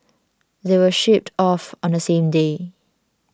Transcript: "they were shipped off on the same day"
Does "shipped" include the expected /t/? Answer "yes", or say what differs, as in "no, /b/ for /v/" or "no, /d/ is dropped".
yes